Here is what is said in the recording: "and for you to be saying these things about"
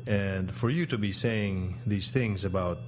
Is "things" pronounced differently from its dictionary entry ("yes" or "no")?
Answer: no